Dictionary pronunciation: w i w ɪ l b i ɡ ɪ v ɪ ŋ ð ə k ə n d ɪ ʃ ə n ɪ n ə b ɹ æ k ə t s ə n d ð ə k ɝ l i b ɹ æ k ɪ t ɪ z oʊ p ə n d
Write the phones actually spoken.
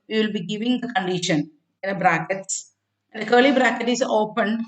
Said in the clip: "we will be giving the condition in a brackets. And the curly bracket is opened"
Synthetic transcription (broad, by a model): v i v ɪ l b i ɡ ɪ v ɪ ŋ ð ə k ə n d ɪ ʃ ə n ɪ n ə b ɹ æ k ə t s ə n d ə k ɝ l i b ɹ æ k ɪ t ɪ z oʊ p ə n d